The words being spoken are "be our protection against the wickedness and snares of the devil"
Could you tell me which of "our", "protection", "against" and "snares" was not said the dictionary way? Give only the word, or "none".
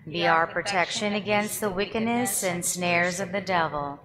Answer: none